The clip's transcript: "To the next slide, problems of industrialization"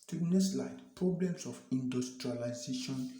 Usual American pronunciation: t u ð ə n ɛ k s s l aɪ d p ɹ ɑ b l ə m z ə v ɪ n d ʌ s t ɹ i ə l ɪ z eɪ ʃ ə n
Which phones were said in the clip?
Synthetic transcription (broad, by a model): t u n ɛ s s l aɪ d p ɹ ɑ b l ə m s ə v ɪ n d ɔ s t ɹ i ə l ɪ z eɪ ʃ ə n